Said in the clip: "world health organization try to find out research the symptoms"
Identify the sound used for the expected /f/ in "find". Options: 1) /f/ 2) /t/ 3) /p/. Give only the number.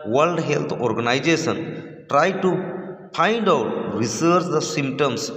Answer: 3